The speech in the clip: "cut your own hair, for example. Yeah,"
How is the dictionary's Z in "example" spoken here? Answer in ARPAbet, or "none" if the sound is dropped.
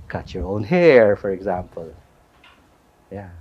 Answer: Z